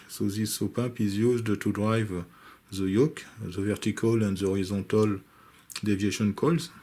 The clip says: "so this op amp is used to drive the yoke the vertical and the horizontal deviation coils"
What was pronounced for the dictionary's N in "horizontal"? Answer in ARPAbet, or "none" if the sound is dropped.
none